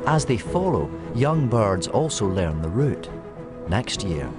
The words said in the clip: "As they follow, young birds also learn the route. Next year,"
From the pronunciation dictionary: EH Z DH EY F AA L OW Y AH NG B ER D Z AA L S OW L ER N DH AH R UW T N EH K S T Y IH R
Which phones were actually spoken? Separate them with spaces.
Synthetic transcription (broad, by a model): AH Z DH EY F AA L OW Y AH NG B ER D Z AA L S OW L ER N DH AH R UW T N EH K S T Y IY R